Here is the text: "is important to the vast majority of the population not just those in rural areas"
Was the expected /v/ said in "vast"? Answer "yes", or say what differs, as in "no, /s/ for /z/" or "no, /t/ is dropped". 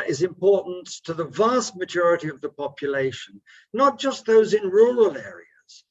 yes